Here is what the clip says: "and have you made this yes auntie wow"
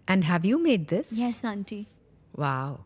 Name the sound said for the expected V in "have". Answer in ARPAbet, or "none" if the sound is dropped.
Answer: V